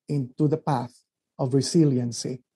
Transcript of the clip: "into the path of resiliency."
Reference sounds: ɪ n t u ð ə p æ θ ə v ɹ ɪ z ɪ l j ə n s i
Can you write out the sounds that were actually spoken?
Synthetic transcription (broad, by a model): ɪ n t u ð ə p æ θ ə v ɹ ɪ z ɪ l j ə n s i